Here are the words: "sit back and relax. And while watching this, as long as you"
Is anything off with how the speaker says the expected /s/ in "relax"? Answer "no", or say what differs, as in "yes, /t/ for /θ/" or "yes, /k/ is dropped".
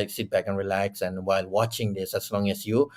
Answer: no